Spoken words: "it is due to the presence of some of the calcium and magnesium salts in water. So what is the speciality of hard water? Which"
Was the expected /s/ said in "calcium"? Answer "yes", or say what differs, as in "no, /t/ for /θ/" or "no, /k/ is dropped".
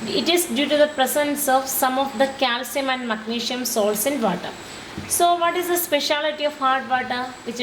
yes